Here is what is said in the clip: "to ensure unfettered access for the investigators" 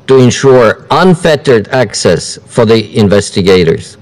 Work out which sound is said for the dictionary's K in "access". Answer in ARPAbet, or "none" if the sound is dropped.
K